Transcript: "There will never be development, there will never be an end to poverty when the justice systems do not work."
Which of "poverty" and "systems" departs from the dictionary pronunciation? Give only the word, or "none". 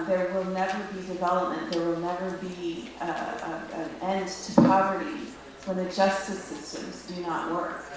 none